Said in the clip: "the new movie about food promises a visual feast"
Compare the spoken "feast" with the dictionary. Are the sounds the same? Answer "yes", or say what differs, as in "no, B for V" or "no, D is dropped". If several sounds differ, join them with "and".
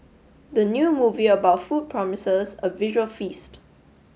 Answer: yes